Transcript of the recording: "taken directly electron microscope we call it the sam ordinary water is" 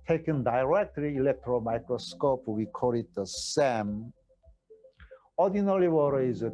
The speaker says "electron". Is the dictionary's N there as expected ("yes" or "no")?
no